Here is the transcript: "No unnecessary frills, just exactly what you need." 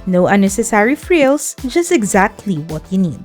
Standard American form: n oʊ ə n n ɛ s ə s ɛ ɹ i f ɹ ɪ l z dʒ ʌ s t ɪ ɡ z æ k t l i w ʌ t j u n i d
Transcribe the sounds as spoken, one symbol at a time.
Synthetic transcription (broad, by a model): n oʊ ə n n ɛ s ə s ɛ ɹ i f ɹ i l s dʒ ʌ s t ɪ ɡ z æ k t l i w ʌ t j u n i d